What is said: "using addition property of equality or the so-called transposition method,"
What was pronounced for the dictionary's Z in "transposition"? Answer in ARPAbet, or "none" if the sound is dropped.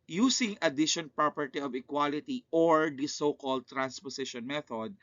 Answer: S